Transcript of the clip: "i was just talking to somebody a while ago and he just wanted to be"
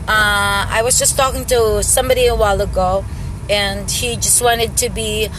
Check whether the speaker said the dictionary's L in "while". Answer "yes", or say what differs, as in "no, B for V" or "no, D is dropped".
yes